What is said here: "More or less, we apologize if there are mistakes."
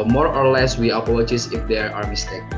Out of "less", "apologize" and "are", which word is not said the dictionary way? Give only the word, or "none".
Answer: apologize